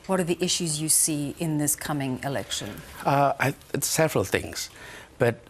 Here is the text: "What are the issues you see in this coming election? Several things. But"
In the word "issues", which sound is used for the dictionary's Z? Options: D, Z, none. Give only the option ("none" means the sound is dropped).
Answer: Z